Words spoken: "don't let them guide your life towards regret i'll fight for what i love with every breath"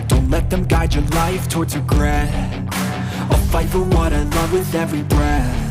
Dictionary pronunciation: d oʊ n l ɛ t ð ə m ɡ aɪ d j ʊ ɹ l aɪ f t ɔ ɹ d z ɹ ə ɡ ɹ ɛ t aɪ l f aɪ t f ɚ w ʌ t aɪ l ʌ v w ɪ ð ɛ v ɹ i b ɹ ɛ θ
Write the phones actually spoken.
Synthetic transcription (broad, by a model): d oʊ n l ɛ t ð ə m ɡ aɪ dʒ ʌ ɹ l aɪ f t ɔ ɹ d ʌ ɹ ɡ ɹ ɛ aɪ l f aɪ t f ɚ w ʌ t aɪ l ʌ v w ɪ ð ɛ v ɹ i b ɹ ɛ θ